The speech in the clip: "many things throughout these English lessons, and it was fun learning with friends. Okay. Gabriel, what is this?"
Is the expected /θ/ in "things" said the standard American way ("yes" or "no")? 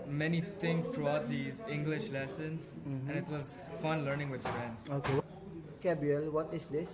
no